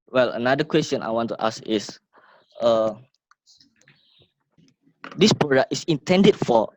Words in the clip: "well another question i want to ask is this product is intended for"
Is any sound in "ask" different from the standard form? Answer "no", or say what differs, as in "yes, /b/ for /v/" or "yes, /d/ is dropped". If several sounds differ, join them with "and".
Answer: yes, /k/ is dropped